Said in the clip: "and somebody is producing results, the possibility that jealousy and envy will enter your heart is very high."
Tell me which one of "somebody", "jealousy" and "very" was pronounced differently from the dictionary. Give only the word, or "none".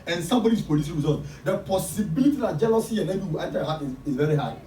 none